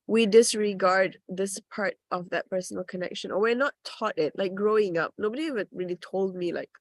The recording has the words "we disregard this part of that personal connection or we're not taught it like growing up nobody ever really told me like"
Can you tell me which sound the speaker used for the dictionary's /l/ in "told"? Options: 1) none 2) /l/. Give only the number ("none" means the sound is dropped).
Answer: 2